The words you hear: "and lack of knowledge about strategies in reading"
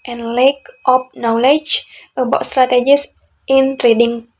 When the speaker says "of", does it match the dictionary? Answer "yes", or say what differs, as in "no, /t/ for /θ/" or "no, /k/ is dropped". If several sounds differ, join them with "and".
no, /p/ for /v/